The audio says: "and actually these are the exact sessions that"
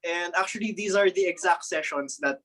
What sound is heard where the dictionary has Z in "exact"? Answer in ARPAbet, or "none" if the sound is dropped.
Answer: Z